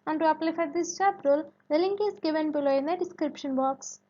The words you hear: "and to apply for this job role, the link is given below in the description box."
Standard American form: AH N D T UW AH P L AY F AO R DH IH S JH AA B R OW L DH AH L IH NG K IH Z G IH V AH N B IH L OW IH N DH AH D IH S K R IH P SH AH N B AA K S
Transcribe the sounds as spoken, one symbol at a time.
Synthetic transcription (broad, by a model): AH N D T UW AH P L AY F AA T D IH S CH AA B R OW L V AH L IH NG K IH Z G IH V AH N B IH L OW IH N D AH D IH S K R IH P SH AH N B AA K S